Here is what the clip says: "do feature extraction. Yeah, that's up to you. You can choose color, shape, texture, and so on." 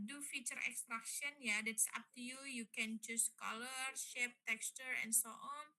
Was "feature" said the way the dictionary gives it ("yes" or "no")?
yes